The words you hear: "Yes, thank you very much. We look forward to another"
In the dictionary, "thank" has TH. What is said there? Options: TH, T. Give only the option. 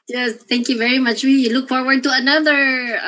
T